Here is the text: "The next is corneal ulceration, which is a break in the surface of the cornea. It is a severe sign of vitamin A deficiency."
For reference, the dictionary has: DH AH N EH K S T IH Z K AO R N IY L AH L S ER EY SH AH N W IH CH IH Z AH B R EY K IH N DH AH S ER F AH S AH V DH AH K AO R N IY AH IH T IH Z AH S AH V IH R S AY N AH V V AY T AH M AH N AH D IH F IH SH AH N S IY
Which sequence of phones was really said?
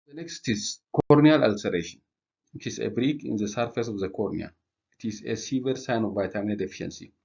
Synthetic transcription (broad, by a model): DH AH N EH K S T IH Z K AO R N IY L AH L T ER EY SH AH N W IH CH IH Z AH B R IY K IH N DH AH S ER F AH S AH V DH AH K AO R N IY AH IH T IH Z AH S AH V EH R S AY N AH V V AY T AH M AH N AH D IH F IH SH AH N S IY